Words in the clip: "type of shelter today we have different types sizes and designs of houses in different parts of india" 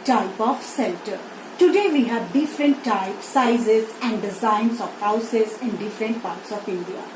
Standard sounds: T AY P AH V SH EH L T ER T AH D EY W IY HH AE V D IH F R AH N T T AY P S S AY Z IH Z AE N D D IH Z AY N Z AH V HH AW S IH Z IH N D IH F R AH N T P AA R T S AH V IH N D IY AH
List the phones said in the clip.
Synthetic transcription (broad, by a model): T AY P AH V S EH L T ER T AH D EY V IY HH AE V D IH F R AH N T T AY P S S AY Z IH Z AE N D D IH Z AY N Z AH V HH AW S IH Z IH N D IH F R AH N T P AA R T S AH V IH N D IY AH